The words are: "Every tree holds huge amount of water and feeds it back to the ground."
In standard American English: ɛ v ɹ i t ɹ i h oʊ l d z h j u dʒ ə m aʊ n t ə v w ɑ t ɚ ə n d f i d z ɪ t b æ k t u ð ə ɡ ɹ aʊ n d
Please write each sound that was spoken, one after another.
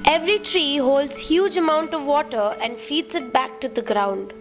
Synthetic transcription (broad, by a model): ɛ v ɹ i t ɹ i h oʊ l d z h j u dʒ ə m aʊ n t ə v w ɑ t ɚ ə n d f i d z ɪ t b æ k t u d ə ɡ ɹ aʊ n d